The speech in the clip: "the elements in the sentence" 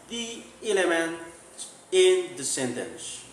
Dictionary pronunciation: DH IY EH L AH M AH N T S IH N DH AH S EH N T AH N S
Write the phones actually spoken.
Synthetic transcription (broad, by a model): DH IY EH L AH M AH N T IH N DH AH S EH N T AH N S